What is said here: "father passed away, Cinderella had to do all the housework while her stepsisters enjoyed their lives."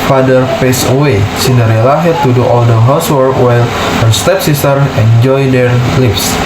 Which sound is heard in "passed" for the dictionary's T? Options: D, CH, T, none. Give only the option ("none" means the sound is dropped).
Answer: none